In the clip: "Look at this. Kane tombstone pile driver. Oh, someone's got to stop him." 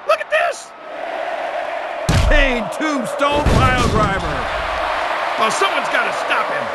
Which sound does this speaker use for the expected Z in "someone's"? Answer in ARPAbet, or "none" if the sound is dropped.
Z